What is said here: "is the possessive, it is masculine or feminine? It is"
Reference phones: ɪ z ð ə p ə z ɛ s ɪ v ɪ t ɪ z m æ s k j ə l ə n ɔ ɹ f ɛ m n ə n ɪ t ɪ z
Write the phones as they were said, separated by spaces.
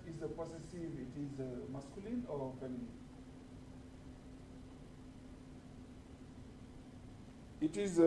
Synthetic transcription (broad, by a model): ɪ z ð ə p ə s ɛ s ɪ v ɪ t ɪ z m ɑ s k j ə l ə n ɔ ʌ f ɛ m l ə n ɪ t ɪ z